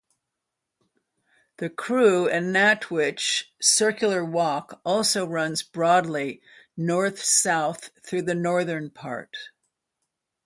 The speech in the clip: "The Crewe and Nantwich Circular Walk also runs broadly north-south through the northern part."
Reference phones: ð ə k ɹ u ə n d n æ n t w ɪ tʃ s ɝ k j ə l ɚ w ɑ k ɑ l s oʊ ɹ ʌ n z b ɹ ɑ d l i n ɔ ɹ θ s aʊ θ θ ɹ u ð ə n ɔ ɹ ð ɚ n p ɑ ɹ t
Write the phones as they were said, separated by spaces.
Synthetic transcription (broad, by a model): ð ə k ɹ u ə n n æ t w ɪ tʃ s ɝ k j l ɚ w ɑ k ɑ l s oʊ ɹ ʌ n z b ɹ ɑ d l i n ɔ ɹ θ s aʊ θ θ ɹ u ð ə n ɔ ɹ ð ɚ n p ɑ ɹ t